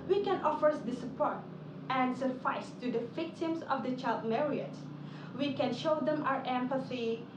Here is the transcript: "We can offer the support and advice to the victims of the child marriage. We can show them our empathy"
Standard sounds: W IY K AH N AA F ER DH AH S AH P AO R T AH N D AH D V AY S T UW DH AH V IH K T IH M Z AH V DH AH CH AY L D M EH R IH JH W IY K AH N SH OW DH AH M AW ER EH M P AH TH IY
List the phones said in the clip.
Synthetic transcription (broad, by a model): W IY K AH N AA F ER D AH S AH P AO R T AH N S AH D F AY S T UW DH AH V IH K T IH M S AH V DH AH CH AY L D M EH R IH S W IY K AH N SH OW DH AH M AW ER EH M P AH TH IY